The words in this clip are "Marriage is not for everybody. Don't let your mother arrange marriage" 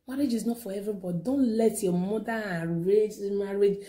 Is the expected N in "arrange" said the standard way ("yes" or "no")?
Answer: no